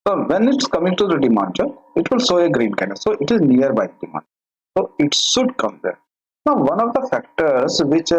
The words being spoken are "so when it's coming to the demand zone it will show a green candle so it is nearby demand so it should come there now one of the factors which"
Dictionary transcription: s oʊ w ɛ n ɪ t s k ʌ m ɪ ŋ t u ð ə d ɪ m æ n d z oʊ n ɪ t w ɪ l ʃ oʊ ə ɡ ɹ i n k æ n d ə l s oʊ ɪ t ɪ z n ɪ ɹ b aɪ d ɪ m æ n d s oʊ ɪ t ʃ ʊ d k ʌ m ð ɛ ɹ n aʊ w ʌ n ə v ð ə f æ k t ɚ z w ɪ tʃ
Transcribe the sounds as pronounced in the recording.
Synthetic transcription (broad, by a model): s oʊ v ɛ n ɪ t s k ʌ m ɪ ŋ t u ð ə d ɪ m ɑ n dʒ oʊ ɪ t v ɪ l s oʊ ə ɡ ɹ i n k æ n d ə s s oʊ ɪ t ɪ z n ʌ ɹ b aɪ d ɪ m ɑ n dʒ s oʊ ɪ t ʃ ʊ d k ʌ m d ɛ ɹ n aʊ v ʌ n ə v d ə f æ k t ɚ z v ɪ tʃ